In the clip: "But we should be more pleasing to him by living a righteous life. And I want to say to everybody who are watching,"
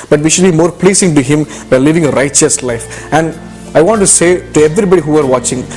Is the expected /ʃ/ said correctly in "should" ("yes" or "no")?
yes